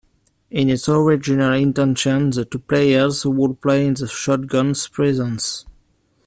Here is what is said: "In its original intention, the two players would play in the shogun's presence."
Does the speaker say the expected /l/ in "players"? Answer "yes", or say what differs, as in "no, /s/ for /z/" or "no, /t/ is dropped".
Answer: yes